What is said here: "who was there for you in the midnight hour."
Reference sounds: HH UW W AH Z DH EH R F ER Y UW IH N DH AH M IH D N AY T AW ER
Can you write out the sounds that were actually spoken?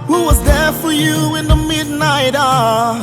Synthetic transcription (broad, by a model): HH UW W AH Z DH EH R F ER Y UW IH N DH AH M IH D N AY T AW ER